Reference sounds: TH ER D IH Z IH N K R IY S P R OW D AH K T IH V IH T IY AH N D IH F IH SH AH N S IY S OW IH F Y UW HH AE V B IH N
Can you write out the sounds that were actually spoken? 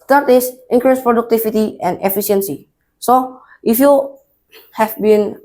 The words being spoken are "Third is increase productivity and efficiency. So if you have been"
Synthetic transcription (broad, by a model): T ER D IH S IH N K R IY S P R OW D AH K T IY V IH T IY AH N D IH F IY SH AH N S IY S OW IH F Y UW HH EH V B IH N